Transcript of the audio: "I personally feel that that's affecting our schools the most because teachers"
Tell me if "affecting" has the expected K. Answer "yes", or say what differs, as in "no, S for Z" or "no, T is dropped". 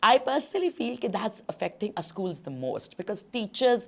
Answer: yes